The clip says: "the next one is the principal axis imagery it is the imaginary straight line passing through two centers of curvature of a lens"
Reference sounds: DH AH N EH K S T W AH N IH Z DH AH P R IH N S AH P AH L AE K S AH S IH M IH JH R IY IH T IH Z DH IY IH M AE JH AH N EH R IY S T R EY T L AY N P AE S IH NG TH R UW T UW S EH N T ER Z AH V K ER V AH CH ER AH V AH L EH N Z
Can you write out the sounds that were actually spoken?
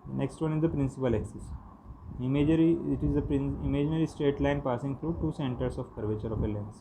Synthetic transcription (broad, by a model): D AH N EH K S T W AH N IH Z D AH P R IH N S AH P AH L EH K S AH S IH M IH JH R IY IH T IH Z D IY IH M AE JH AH N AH R IY S T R EY T L AY N P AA S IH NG T R UW T UW S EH N T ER S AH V K ER V AH CH ER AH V AH L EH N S